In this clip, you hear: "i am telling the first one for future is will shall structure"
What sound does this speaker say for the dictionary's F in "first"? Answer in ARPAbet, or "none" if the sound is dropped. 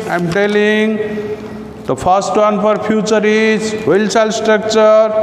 P